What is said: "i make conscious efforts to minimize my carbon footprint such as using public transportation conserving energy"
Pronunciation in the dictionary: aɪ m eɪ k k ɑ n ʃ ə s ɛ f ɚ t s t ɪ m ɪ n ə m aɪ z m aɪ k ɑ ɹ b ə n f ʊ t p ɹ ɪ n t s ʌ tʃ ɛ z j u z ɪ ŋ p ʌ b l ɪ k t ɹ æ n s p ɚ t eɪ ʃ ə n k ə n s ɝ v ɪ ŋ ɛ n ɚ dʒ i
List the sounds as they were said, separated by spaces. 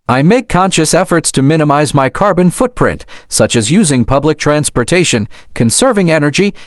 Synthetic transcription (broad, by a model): aɪ m eɪ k k ɑ n ʃ ə s ɛ f ɚ t s t ɪ m ɪ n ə m aɪ z m aɪ k ɑ ɹ b ə n f ʊ t p ɹ ɪ n t s ʌ tʃ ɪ z j u z ɪ ŋ p ʌ b l ɪ k t ɹ æ n s p ɚ t eɪ ʃ ə n k ə n s ɝ v ɪ ŋ ɛ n ɚ dʒ i